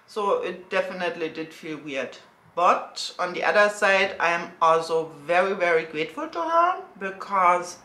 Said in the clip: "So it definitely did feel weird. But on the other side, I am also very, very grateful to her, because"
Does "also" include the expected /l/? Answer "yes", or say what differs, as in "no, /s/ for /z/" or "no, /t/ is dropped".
yes